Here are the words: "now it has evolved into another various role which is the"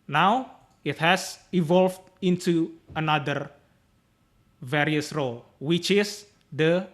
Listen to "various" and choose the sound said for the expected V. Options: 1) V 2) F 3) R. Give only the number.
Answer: 1